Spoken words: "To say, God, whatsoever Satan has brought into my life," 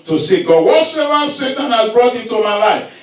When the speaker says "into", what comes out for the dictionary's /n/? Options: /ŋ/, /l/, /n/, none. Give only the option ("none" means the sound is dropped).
none